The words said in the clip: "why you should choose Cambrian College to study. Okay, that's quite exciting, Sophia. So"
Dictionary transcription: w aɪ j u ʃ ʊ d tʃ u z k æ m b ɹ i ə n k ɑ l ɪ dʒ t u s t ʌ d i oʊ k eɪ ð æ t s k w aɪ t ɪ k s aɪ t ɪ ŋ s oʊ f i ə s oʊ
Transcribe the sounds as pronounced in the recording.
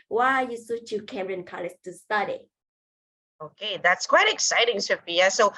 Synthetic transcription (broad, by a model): w aɪ j u s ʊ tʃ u k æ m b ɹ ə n k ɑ l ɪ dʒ t u s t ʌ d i oʊ k eɪ ð æ t s k w aɪ t ɪ k s aɪ t ɪ ŋ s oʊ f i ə s oʊ